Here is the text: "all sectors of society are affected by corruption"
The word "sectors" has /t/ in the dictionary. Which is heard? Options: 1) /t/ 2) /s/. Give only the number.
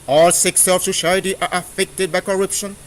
2